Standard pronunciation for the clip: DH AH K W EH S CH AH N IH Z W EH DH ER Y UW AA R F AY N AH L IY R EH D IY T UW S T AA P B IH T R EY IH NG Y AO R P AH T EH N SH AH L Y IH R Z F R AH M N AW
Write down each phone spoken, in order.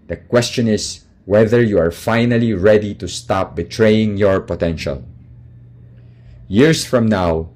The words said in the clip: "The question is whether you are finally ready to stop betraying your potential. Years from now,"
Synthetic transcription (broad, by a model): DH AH K W EH S CH AH N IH S W EH DH ER Y UW AA R F AY N AH L IY R EH D IY T UW S T AA P B IH T R EY IH NG Y AO R P AH T EH N SH AH L Y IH R S F R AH M N AW